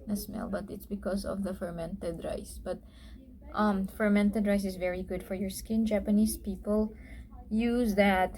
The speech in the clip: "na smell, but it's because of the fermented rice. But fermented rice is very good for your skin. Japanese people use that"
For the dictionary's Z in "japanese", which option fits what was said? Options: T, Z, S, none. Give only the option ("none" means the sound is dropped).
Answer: S